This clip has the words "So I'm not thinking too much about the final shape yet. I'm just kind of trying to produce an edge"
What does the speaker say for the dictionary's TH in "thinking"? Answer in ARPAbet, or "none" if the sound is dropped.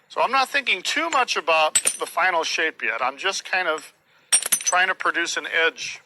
TH